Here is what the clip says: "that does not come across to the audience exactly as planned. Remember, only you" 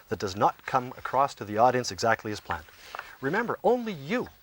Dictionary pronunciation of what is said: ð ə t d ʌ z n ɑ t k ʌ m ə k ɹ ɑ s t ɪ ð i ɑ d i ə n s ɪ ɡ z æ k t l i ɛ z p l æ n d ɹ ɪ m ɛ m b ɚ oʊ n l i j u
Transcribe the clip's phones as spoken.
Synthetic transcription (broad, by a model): ð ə t d ʌ z n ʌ t k ʌ m ə k ɹ ɑ s t ɪ ð i ɑ d i ə n s ɪ ɡ z æ k t l i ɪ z p l æ n d ɹ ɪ m ɛ m b ɚ oʊ n l i j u